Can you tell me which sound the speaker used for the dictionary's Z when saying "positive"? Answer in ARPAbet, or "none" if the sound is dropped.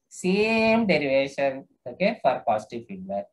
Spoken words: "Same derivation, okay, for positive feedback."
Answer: S